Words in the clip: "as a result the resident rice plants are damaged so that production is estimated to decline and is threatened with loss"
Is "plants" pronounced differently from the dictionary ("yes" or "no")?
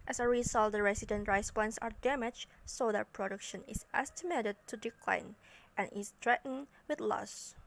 yes